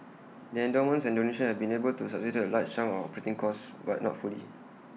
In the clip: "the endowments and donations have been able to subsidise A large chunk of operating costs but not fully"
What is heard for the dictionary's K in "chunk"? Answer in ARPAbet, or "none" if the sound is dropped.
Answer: none